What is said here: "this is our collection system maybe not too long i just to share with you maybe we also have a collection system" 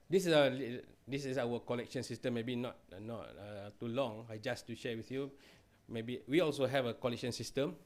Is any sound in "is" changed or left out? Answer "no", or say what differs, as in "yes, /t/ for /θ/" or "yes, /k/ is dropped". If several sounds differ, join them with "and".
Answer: yes, /s/ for /z/